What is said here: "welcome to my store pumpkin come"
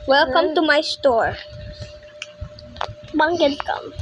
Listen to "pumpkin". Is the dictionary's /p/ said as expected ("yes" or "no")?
no